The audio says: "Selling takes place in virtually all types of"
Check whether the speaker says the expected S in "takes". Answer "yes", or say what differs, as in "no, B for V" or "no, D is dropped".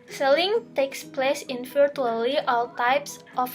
yes